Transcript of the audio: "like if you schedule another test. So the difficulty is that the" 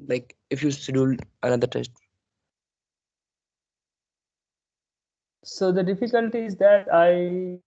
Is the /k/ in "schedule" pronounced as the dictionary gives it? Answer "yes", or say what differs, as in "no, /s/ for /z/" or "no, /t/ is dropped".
no, /k/ is dropped